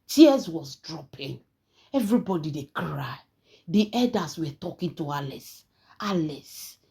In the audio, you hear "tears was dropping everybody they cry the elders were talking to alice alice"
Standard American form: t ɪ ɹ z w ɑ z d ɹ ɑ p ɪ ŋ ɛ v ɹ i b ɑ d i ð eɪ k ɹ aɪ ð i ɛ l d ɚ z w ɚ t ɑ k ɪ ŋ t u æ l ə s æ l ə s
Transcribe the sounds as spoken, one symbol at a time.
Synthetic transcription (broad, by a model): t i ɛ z w ɑ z d ɹ ɑ p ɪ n ɛ v ɹ i b ɑ d i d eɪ k ɹ aɪ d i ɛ d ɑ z w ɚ t ɑ k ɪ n t u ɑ l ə s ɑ l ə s